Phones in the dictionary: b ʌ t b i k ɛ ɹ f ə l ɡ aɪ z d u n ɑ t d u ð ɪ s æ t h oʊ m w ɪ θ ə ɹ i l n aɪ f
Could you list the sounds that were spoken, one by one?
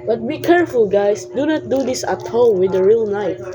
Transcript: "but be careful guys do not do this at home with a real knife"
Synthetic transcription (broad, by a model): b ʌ t b i k ɛ ɹ f ə l ɡ aɪ s d u n ɑ t d u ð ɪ s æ t h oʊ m w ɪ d ə ɹ i l n aɪ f